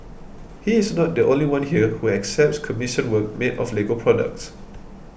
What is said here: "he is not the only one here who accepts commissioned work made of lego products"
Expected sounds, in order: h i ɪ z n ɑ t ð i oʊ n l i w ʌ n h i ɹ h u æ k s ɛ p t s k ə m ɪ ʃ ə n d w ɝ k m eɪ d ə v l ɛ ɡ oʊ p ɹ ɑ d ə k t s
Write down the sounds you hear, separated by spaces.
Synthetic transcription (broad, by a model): h i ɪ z n ɑ t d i oʊ n l i w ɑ n h i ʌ h u æ k s ɛ p t s k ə m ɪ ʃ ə n w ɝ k m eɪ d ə f l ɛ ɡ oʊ p ɹ ɑ d ə k t s